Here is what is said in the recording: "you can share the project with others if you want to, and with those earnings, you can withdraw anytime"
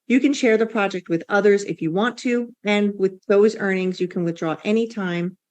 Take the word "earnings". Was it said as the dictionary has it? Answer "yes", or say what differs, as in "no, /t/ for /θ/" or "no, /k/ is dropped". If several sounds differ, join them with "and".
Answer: yes